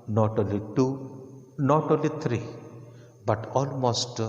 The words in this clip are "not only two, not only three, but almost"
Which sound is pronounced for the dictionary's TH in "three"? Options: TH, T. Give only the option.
T